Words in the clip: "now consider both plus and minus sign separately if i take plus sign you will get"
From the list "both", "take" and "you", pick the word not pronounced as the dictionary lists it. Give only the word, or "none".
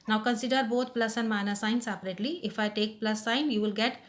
both